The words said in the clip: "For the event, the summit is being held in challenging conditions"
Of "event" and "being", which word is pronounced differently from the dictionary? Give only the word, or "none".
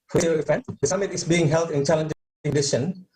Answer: event